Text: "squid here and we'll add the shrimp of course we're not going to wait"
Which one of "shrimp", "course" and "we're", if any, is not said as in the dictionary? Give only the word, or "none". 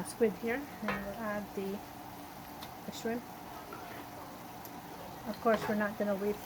shrimp